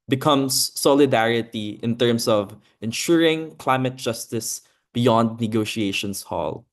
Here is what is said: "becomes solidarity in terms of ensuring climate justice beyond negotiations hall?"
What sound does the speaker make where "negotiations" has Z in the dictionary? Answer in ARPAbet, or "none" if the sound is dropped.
S